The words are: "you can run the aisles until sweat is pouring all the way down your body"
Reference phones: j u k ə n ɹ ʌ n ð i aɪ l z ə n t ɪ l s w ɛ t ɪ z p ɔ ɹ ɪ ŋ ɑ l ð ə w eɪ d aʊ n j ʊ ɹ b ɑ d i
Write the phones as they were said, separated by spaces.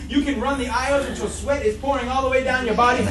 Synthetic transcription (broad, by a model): j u k ə n ɹ ʌ n ð i aɪ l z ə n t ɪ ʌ s w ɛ t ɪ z p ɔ ɹ ɪ ŋ ɑ l ð ə w eɪ d aʊ n j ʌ ɹ b ɑ d i